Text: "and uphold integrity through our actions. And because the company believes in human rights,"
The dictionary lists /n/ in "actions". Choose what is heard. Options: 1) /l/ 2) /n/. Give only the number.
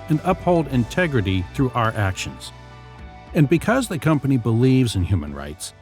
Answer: 2